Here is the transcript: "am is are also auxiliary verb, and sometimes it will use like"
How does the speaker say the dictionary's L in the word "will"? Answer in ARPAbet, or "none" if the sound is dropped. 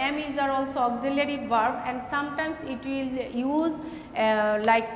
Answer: L